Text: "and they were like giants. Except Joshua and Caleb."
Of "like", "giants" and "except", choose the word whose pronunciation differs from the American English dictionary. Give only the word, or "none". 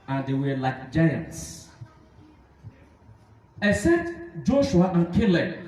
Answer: except